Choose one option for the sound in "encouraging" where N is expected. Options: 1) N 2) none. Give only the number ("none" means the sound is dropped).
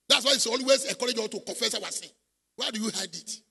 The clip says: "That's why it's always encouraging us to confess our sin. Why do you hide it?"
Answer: 2